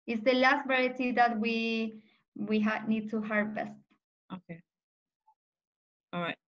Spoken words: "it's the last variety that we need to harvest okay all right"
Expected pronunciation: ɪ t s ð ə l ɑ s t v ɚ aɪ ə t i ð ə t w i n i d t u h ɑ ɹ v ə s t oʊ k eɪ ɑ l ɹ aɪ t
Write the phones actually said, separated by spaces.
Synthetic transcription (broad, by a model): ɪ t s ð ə l ɑ s t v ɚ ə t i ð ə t w i n i d t u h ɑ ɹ b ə s t oʊ k eɪ ɑ l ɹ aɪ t